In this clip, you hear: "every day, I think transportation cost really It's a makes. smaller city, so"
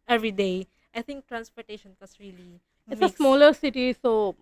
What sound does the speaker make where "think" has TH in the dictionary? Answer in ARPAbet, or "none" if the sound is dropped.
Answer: T